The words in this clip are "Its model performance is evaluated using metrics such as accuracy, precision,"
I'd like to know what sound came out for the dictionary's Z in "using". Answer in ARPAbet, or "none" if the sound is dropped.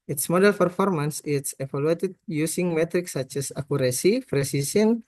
S